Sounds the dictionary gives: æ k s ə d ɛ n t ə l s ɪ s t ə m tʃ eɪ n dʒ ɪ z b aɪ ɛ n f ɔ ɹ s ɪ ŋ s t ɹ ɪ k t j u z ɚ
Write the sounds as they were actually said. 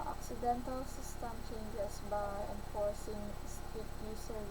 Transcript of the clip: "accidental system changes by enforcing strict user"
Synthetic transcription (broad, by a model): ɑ k s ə d ɛ n t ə l s ɪ s t ə m tʃ eɪ n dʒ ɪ s b aɪ ɛ n f ɔ ɹ s ɪ ŋ s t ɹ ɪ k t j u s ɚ